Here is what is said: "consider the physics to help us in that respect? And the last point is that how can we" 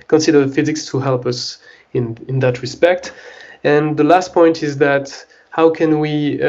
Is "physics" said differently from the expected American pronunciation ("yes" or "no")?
no